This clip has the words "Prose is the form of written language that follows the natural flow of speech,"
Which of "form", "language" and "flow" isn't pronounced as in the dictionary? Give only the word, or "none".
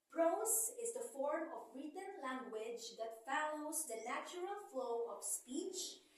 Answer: none